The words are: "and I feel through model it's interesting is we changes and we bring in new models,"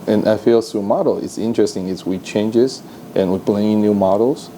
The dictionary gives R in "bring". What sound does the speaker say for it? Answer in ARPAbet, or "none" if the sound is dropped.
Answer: L